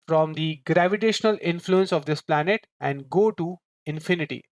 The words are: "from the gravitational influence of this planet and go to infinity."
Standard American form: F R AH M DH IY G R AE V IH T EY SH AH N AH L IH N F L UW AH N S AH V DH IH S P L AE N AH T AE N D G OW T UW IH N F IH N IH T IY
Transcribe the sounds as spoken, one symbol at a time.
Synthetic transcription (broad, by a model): F R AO M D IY G R AE V IH T EY SH AH N AH L IH N F L UW AH N S AH V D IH S P L AE N AH T AE N D G OW T UW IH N F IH N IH T IY